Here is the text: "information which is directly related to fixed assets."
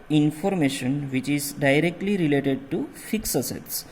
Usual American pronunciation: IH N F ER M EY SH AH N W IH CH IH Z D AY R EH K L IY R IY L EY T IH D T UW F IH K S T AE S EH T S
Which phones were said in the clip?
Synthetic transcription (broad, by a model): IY N F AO M EY SH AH N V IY CH IH Z D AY R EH K L IY R IY L EY T IH D T UW F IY K S AH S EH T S